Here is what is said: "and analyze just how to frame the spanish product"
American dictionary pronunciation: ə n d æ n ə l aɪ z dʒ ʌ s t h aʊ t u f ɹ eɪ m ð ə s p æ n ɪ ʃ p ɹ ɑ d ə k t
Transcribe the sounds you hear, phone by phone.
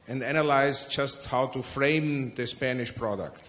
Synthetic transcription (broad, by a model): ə n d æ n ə l aɪ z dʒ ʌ s t h aʊ t u f ɹ eɪ m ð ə s p æ n ɪ ʃ p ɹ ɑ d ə k t